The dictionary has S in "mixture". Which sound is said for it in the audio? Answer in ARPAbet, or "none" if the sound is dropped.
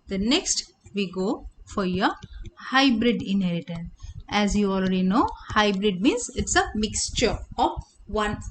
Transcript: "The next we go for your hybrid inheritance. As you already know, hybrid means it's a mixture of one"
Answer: S